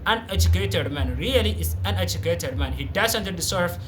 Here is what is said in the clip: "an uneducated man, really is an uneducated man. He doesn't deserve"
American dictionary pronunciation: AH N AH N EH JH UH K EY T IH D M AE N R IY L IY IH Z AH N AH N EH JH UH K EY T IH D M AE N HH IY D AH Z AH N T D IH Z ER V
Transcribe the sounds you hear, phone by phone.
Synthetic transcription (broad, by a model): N AH N EH JH UH K EY T IH D M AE N R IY L IY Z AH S AH N EH JH UH K EY T IH D M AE N HH IY D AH S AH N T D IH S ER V